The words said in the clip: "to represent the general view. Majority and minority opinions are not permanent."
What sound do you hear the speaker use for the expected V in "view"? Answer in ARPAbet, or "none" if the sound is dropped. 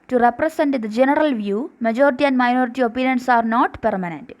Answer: V